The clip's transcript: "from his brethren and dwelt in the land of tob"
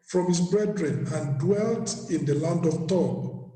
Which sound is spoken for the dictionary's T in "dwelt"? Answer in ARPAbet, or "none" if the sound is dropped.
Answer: T